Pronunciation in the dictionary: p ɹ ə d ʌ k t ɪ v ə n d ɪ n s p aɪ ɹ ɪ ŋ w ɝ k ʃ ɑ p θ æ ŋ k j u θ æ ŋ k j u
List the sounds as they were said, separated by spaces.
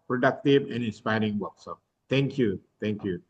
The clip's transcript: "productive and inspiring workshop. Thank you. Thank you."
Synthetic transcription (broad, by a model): p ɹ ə d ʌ k t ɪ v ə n ɪ n s p aɪ ɹ ɪ ŋ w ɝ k s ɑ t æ ŋ k j u t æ ŋ k j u